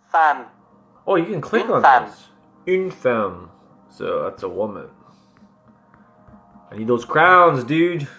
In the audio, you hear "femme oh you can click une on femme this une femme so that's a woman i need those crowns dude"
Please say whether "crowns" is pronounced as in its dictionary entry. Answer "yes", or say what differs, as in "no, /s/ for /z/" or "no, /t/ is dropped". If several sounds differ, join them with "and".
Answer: yes